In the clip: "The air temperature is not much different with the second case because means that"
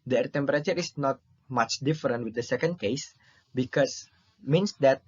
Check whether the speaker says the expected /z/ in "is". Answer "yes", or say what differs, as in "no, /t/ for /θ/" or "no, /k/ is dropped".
no, /s/ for /z/